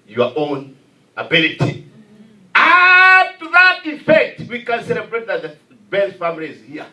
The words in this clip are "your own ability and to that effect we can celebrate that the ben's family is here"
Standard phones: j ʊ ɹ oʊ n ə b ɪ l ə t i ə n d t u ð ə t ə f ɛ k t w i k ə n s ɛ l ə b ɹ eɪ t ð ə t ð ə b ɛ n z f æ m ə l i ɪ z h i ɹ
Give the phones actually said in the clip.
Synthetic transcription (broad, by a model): j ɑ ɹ oʊ n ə b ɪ l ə t i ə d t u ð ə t ə f ɛ k t w i k ə n s ɛ l ə b ɹ eɪ t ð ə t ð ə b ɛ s f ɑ m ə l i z h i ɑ